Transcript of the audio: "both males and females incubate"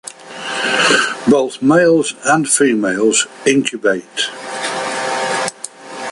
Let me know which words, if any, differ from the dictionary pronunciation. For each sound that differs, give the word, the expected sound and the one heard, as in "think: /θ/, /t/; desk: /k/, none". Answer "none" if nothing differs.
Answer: none